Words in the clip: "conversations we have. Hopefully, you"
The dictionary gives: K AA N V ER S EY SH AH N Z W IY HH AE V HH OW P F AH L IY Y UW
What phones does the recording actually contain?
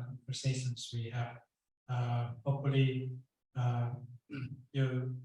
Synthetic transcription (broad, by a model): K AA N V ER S EY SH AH N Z W IY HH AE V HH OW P AH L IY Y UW